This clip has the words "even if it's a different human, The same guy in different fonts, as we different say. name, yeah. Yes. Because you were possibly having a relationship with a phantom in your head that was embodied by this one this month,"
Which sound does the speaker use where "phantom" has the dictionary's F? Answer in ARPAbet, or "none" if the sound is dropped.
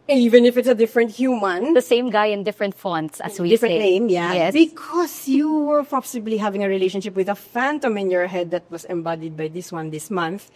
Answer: F